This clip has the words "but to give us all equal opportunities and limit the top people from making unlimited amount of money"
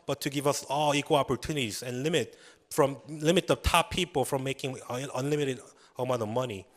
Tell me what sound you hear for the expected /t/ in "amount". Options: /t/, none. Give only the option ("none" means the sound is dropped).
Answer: none